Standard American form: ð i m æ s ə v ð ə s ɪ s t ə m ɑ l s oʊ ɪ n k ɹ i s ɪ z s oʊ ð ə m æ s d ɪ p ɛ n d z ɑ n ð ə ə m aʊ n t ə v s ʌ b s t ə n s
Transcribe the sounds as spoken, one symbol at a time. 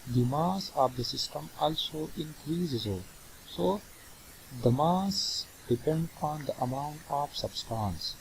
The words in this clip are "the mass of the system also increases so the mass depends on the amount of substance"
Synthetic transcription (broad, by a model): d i m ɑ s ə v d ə s ɪ s t ə m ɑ l s oʊ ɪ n k ɹ i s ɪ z s oʊ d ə m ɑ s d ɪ p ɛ n d ɑ n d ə ə m aʊ n t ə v s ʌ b s t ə n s